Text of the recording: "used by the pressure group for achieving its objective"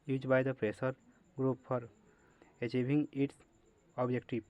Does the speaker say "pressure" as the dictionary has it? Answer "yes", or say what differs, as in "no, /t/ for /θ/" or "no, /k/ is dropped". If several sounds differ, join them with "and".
no, /s/ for /ʃ/